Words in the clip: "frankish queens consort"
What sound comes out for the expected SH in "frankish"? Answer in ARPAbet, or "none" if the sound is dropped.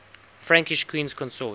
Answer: SH